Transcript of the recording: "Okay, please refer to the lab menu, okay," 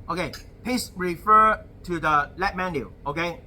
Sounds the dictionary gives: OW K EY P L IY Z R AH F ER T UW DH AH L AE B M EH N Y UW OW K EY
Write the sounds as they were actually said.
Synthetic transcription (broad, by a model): OW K EY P IY S R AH F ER T UW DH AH L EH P M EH N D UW OW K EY